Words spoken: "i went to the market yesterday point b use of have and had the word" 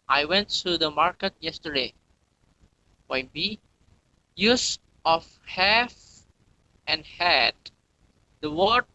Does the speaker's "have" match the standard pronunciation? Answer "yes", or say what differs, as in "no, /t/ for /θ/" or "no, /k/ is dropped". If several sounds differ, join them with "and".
no, /f/ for /v/